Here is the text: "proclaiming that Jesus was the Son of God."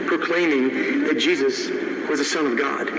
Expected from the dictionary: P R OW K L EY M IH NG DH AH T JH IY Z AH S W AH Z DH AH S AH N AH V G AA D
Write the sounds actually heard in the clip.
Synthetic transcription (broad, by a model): P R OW K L EY M IH NG DH AH T JH IY Z AH S W AH Z DH AH S AH N AH V G AA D